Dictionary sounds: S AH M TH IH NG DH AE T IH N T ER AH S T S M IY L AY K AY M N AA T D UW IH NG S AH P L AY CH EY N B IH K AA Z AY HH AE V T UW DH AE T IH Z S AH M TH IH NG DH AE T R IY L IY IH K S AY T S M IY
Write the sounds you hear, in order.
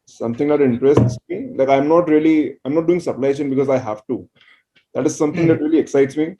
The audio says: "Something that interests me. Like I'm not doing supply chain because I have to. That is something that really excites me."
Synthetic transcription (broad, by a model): S AH M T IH NG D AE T IH N T ER AH S T S M IY L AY K AY M N AA T D UW IH NG S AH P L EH SH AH N B IH K AA Z AY HH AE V T UW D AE T IH Z S AH M T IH NG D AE T R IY L IY IH K S AY T S M IY